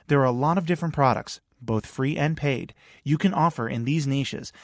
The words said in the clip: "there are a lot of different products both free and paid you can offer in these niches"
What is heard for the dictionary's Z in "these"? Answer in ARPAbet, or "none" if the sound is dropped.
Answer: Z